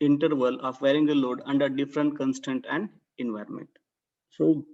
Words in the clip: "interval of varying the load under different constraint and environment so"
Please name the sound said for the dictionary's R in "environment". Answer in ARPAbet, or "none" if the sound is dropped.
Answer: R